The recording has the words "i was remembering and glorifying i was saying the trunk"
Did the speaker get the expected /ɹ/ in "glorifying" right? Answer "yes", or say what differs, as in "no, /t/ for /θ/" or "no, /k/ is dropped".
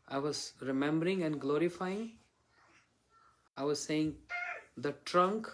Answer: yes